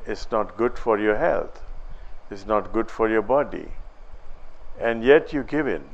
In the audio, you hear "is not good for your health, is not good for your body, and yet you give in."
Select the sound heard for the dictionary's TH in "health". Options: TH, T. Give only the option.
T